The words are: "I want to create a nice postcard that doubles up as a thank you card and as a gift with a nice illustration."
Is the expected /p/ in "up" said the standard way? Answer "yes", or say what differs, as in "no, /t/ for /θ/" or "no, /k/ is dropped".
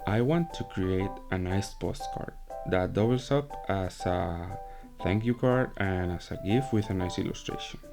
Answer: yes